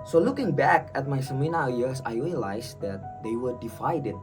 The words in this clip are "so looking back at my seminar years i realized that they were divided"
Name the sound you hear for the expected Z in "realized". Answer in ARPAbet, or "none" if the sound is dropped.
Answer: S